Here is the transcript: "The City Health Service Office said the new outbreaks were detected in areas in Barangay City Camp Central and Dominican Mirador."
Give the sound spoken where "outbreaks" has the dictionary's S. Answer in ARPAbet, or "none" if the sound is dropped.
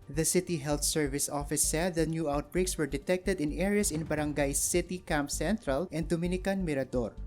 S